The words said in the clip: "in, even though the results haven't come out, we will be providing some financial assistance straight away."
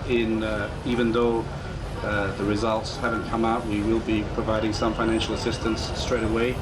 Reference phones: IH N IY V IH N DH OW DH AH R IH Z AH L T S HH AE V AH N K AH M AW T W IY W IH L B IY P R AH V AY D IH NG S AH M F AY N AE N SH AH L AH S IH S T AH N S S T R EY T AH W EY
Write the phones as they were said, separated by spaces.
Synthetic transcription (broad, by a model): IH N IY V IH N DH OW DH AH R IH Z AH L T S HH AE V AH N K AH M AW T W IY W IH L B IY P R AH V AY D IH NG S AH M F AY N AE N SH L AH S IH S T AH N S S T R EY T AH W EY